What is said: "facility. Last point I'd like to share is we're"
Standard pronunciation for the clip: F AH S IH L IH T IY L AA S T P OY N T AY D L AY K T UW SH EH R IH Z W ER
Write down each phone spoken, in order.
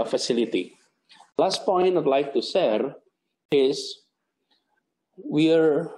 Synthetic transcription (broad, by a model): F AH S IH L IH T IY L AA S T P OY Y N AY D L AY K T UW S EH R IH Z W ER